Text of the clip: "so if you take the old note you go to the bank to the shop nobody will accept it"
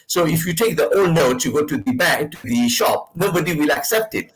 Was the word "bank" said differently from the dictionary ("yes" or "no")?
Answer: yes